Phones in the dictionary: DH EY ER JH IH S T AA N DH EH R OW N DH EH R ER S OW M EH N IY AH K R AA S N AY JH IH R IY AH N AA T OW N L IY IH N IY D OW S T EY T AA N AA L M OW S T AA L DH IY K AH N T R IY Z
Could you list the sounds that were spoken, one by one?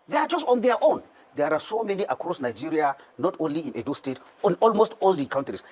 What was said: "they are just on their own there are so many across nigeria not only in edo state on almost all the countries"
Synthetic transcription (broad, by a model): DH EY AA JH IH S T AA N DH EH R OW N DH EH R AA S OW M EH N IY AH K R AA S N AY JH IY R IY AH N AA T OW N L IY IH N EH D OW S T EY T AA N AA L M OW S T AA L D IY K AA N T R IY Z